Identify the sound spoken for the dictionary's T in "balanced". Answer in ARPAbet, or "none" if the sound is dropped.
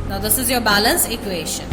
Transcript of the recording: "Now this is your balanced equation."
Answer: none